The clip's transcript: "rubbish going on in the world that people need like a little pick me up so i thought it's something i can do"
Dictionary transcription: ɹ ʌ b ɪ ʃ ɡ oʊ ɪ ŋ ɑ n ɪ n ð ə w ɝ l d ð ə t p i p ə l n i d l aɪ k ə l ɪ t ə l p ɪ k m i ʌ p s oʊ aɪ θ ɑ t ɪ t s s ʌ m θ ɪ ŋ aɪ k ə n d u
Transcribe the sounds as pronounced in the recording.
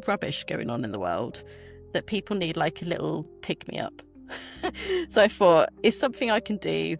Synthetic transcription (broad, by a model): ɹ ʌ b ɪ ʃ ɡ oʊ ɪ ŋ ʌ n ɪ n ð ə w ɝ l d ð ə t p i p ə l n i d l aɪ k ə l ɪ t l p ɪ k m i ʌ p s oʊ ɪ f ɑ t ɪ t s s ʌ m θ ɪ ŋ aɪ k ə n d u